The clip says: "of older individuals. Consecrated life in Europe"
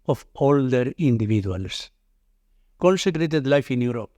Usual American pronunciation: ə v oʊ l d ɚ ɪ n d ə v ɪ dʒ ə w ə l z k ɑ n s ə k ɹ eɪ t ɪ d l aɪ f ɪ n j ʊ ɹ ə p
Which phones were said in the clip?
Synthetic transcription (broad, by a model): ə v oʊ l d ɚ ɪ n d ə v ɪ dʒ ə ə l s k ɑ n s ə k ɹ eɪ t ɪ d l aɪ f ɪ n j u ɹ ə p